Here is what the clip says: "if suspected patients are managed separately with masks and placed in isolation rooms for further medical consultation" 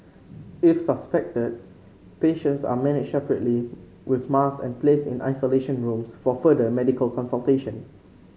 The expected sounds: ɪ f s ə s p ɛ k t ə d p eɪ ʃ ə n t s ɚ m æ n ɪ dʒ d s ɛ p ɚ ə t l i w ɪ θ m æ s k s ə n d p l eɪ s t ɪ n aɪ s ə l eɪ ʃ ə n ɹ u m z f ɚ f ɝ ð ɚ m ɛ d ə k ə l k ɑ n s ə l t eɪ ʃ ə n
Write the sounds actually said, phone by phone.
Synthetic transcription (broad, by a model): ɪ f s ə s p ɛ k t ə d p eɪ ʃ ə n t s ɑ m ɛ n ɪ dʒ s ɛ p ɚ ə t l i w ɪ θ m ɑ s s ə n p l eɪ s ɪ n aɪ s ə l eɪ ʃ ə n ɹ u m s f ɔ f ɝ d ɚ m ɛ d ə k ə l k ɑ n s ə l t eɪ ʃ ə n